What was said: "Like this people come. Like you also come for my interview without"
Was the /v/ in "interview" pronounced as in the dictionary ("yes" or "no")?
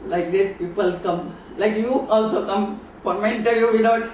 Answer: no